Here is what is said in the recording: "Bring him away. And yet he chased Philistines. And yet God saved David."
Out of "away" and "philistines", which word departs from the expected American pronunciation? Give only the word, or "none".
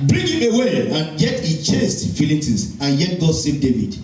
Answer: philistines